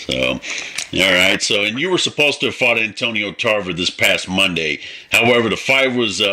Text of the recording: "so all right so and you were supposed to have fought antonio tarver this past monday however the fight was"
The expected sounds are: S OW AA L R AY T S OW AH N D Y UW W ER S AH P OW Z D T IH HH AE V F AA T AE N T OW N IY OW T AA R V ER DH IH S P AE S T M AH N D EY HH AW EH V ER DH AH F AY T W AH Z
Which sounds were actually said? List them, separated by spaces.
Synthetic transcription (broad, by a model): S OW AA L R AY T S OW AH N Y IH W ER S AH P OW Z T IH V F AA T AE N T OW N IY OW T AA R V ER DH IH S P AE S T M AH N D EY HH AW EH V ER DH AH F AY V W AH Z